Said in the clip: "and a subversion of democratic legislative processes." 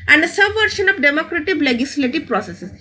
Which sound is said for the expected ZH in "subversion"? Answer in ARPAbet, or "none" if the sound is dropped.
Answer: SH